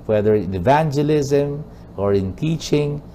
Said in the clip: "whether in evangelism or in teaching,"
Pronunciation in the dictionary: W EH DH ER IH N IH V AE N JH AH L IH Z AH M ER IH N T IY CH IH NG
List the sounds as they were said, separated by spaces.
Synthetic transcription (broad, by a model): W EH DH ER IH N IH V AE N JH AH L IH Z AH M ER IH N T IY CH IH NG